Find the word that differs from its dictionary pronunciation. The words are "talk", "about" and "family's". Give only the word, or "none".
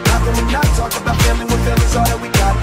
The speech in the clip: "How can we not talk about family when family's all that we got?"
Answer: family's